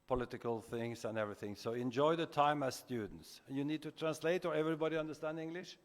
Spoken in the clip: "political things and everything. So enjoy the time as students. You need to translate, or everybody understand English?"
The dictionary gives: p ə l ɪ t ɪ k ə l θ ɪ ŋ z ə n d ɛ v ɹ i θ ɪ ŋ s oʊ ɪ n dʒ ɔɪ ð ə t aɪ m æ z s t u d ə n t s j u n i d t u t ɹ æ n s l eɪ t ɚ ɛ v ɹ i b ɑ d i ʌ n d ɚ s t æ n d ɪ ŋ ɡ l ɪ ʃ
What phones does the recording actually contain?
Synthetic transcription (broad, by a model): p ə l ɪ t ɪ k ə l θ ɪ ŋ s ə n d ɛ v ɹ i θ ɪ ŋ s oʊ ɪ n dʒ ɔɪ ð ə t aɪ m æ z s t u d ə n t s j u n i d t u t ɹ æ n s l eɪ t ɚ ɛ v ɹ i b ɑ d i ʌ n d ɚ s t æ n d ɪ ŋ ɡ l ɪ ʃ